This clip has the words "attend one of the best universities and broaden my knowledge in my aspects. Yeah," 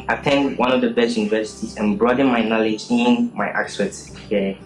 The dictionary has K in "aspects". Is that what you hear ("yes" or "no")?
no